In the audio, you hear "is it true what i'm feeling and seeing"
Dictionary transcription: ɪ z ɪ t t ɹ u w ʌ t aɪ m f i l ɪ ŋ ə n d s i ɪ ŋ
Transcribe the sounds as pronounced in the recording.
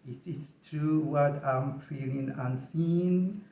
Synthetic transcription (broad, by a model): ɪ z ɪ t t ɹ u w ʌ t aɪ m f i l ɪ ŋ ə n s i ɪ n